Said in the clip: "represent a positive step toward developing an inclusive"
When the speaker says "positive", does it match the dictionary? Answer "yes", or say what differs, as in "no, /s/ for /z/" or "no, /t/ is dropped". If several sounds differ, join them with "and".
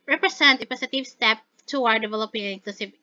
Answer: no, /s/ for /z/